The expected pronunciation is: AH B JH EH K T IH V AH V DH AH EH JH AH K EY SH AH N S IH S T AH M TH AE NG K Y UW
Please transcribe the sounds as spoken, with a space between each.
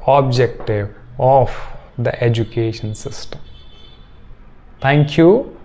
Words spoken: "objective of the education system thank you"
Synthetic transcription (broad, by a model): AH B JH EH K T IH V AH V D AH EH JH AH K EY SH AH N S IH S T AH M T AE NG K Y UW